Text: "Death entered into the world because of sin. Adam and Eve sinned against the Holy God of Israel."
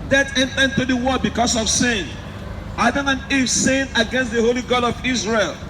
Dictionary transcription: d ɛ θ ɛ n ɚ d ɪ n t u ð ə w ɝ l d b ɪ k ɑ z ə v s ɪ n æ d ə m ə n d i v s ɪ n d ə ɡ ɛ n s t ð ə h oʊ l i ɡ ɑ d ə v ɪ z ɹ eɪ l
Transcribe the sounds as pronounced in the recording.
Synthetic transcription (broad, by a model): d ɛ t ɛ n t ɪ n t u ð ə w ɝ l b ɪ k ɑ s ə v s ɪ n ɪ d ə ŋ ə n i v s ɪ n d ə ɡ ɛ n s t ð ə h oʊ l i ɡ ɑ d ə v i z ɹ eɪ l